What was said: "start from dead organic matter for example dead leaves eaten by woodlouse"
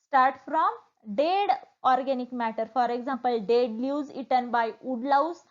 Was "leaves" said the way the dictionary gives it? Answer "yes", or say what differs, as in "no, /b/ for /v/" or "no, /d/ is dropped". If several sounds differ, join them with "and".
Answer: no, /v/ is dropped